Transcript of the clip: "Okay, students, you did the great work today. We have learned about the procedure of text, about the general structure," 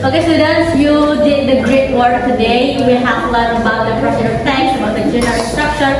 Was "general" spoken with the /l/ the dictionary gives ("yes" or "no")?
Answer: no